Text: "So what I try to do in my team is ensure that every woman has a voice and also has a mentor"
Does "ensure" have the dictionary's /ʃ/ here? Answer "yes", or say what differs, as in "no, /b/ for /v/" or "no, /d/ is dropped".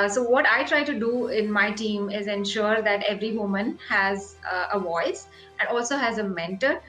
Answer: yes